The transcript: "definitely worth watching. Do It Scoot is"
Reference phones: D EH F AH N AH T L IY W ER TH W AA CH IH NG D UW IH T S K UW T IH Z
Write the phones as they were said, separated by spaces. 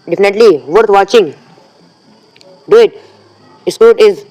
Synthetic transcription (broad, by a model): D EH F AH N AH T L IY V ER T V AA CH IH NG D UW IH T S UW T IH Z